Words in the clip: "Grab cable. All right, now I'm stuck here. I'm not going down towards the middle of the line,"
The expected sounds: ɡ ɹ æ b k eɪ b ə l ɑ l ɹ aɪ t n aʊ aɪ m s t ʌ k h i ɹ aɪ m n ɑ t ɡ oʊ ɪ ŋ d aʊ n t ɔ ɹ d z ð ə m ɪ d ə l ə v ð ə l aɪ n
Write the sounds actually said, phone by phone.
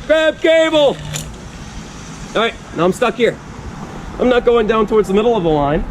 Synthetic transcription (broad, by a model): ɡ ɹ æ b k eɪ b l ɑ ɹ aɪ t n aʊ aɪ m s t ʌ k h i ɹ aɪ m n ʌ t ɡ oʊ ɪ ŋ d aʊ n t ɔ ɹ d z ð ə m ɪ d l ə v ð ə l aɪ n